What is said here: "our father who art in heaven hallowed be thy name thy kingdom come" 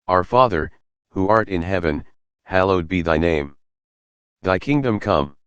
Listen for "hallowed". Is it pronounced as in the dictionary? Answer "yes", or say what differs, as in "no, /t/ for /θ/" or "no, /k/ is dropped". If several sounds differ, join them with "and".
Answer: yes